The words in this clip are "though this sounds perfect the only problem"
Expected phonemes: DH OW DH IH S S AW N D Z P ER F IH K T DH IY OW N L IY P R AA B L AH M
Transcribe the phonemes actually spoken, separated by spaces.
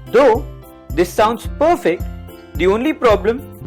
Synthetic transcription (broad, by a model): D OW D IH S S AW N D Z P ER F IH K T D IY OW N L IY P R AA B L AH M